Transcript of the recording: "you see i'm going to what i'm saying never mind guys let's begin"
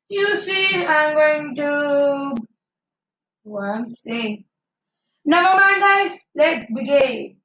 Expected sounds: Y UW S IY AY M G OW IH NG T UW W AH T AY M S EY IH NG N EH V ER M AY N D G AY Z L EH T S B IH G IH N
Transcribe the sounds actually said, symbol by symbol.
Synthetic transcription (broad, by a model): Y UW S IY AY M G OW IH NG T UW W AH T AY M S EY IH NG N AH B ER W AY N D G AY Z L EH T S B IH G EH